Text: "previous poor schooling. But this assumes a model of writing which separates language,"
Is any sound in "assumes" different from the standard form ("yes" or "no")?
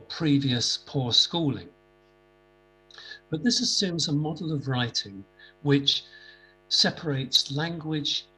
no